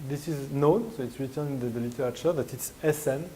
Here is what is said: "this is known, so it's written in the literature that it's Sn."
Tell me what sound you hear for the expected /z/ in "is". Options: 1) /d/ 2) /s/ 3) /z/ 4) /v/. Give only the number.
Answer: 3